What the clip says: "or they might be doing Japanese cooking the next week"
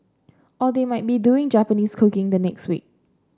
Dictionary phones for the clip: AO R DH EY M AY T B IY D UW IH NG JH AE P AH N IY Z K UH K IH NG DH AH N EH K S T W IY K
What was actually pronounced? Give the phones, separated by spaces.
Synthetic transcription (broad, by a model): AO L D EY M AY T B IY D UW IH NG JH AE P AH N IY S K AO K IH NG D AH N EH K S T W IY K